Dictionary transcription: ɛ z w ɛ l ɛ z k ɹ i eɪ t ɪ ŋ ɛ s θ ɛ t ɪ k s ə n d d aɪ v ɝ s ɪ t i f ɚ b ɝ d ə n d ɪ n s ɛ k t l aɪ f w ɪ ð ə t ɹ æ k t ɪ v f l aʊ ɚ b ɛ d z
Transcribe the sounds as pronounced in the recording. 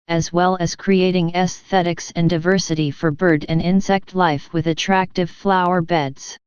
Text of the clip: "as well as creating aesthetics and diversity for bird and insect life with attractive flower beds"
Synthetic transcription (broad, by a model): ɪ z w ɛ l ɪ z k ɹ i eɪ t ɪ ŋ ɛ s θ ɛ t ɪ k s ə n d d aɪ v ɝ s ɪ t i f ɚ b ɝ d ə n ɪ n s ɛ k t l aɪ f w ɪ ð ə t ɹ æ k t ɪ v f l aʊ ɚ b ɛ d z